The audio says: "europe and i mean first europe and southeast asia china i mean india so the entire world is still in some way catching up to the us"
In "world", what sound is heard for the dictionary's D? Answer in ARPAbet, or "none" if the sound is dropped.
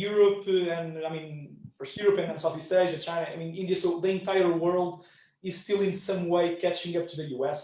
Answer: D